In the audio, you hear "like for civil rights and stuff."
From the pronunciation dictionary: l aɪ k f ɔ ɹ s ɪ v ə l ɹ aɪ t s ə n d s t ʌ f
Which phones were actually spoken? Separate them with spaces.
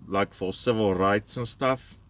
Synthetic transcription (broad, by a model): l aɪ k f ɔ l s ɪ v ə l ɹ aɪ t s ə n s t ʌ f